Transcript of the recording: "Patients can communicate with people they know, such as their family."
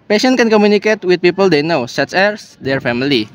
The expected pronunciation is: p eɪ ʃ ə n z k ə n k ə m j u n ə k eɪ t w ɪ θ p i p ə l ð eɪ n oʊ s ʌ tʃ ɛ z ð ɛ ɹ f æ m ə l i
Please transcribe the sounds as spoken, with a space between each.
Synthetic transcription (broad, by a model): p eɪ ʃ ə n k ə n k ə m j u n ə k eɪ t w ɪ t p i p ə l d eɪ n oʊ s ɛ s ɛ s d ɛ ɹ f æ m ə l i